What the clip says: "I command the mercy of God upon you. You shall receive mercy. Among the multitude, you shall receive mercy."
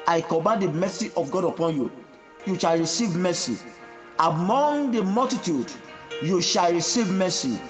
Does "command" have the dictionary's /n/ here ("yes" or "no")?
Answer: no